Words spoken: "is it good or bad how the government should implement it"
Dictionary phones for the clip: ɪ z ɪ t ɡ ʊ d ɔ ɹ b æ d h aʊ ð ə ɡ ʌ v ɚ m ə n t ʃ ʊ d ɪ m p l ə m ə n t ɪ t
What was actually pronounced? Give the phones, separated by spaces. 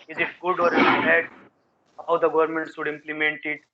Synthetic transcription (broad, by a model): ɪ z ɪ t ɡ ʊ d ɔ ɹ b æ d h aʊ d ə ɡ ʌ v ɚ m ə n t s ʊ d ɪ m p l ə m ə n t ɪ t